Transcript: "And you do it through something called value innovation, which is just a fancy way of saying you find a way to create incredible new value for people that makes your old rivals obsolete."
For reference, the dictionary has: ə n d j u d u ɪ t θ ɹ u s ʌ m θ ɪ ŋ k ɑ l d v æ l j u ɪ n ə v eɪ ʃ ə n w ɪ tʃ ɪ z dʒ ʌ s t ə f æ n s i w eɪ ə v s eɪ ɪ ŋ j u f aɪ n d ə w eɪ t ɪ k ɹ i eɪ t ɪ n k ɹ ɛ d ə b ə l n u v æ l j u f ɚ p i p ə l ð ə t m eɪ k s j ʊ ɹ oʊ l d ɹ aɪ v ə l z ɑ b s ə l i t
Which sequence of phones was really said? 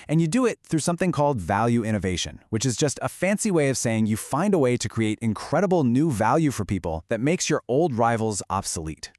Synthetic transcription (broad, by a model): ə n j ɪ d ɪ ɪ t θ ɹ u s ʌ m θ ɪ ŋ k ɑ l d v æ l j u ɪ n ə v eɪ ʃ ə n w ɪ tʃ ɪ z dʒ ʌ s t ə f æ n s i w eɪ ə v s eɪ ɪ ŋ j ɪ f aɪ n d ə w eɪ t ɪ k ɹ i eɪ t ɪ n k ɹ ɛ d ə b l n u v æ l j u f ɚ p i p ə l ð ə t m eɪ k s j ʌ ɹ oʊ l d ɹ aɪ v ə l z ɑ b s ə l i t